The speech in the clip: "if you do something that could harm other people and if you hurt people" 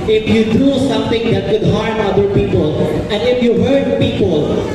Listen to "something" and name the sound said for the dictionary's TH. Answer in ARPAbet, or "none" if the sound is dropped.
T